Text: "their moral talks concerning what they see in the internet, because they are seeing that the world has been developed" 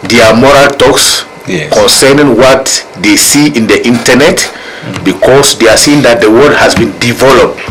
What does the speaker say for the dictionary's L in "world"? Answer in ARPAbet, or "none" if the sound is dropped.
none